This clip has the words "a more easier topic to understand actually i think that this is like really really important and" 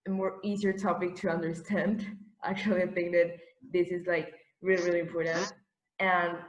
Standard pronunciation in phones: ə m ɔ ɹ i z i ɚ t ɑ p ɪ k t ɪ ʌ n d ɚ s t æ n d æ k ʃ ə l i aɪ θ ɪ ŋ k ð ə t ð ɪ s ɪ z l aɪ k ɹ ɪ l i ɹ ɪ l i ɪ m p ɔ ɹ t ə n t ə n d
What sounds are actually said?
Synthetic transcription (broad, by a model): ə m ɔ ɹ i z i ɚ t ɑ p ɪ k t ɪ ʌ n d ɚ s t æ n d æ k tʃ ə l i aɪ θ ɪ ŋ k ð ə t ð ɪ s ɪ z l aɪ k ɹ ɪ l i ɹ ɪ l i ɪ m p ɔ ɹ t n t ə n